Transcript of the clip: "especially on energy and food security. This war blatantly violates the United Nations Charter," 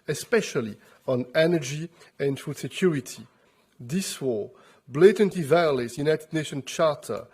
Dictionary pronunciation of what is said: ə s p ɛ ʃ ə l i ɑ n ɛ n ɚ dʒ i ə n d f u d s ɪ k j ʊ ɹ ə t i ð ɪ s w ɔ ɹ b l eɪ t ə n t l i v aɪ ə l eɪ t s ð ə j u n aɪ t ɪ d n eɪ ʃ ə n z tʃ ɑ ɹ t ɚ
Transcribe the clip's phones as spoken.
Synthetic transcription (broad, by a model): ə s p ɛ ʃ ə l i ɑ n ɛ n ɚ dʒ i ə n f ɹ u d s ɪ k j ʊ ɹ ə t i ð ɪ s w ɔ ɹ b l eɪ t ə n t i v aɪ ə l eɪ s j u n aɪ t ɪ d n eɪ ʃ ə n tʃ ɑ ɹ t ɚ